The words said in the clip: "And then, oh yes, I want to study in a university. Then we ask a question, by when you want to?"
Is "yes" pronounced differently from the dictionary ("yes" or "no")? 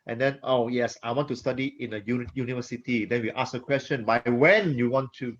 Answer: no